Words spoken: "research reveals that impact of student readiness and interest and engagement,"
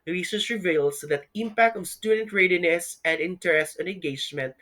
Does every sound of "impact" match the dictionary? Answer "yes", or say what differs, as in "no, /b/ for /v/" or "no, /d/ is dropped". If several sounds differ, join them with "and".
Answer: yes